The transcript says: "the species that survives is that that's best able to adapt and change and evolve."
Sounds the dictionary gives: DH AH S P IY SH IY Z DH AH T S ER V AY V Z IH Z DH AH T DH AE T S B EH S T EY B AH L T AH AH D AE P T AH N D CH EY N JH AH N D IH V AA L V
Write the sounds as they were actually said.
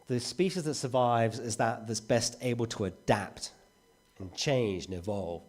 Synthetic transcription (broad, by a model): DH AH S P IY SH IY Z DH AH T S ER V AY V Z IH Z DH AH T DH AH T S B EH S T EY B AH L T AH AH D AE P T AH N CH EY N JH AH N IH V AA L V